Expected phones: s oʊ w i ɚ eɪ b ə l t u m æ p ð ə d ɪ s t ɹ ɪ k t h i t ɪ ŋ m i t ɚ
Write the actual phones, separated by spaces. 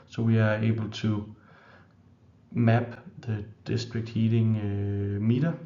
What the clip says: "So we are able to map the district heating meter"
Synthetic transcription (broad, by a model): s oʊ w i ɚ eɪ b ə l s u m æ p ð ə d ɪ s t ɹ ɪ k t h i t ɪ ŋ m i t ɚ